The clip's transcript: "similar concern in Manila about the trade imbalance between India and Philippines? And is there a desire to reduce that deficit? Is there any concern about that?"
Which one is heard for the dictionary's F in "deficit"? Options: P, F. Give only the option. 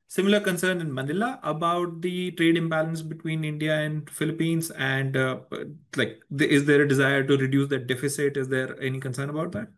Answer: F